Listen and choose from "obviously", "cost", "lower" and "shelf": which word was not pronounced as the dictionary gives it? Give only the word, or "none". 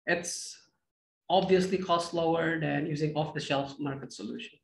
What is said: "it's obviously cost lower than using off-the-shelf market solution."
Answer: none